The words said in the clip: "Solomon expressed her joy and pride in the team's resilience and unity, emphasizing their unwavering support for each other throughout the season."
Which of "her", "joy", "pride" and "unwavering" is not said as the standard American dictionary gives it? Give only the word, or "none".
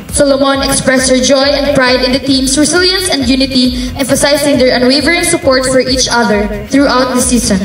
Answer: none